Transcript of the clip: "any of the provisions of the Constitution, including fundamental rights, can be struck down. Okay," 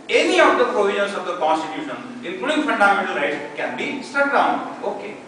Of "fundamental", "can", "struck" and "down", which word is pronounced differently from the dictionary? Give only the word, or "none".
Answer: struck